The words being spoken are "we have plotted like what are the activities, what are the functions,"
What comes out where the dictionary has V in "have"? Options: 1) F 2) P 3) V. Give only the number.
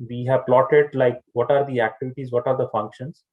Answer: 3